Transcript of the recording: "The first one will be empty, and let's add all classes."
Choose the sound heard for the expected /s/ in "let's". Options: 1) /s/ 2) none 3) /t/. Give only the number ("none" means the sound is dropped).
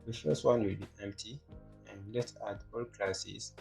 2